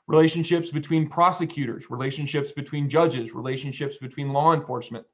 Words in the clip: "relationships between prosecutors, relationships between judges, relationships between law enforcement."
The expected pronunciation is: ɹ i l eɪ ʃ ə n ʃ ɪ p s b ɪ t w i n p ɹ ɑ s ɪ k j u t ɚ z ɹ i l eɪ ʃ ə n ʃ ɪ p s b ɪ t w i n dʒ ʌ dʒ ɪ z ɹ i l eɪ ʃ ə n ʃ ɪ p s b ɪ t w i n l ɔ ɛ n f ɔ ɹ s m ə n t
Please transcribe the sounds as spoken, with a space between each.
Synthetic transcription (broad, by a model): ɹ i l eɪ ʃ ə n ʃ ɪ p s b ɪ t w i n p ɹ ɑ s ɪ k j u t ɚ z ɹ i l eɪ ʃ ə n ʃ ɪ p s b ɪ t w i n dʒ ʌ dʒ ɪ z ɹ i l eɪ ʃ ə n ʃ ɪ p s b ɪ t w i n l ɔ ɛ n f ɔ ɹ s m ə n t